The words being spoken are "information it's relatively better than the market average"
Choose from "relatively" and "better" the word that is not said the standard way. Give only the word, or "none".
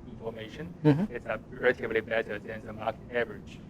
relatively